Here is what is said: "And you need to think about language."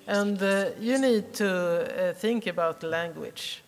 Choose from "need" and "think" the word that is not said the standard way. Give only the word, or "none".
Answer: none